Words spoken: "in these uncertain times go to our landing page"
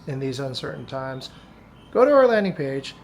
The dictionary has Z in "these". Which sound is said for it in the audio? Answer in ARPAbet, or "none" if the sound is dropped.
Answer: Z